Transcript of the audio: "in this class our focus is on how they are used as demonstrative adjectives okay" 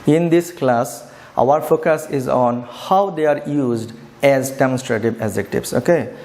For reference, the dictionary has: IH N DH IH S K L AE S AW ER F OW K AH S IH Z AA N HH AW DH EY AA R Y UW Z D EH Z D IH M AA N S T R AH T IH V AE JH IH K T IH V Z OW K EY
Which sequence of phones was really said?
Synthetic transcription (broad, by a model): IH N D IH S K L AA S AW ER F OW K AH S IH Z AA N HH AW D EY AA R Y UW Z D EH Z D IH M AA N S T R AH T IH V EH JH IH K T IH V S OW K EY